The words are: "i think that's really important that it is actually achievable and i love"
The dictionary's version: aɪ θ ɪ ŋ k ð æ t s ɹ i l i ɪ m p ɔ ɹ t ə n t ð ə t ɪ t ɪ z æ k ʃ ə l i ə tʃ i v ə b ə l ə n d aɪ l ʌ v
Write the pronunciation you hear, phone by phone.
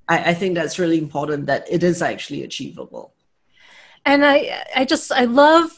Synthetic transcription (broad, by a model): aɪ θ ɪ ŋ k ð æ t s ɹ i l i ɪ m p ɔ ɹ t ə n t ð ə t ɪ t ɪ z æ k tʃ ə l i ə tʃ i v ə b ə l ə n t aɪ l ʌ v